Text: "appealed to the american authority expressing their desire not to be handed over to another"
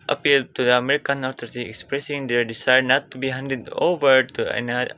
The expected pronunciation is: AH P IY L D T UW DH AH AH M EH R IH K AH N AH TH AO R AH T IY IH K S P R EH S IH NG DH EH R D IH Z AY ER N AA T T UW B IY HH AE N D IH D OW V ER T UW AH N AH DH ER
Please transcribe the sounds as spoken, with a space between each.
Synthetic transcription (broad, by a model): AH P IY L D T UW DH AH AH M EH R IH K AH N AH T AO R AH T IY IH K S P R EH S IH NG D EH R D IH S AY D N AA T T UW B IY HH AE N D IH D OW V ER T UW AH N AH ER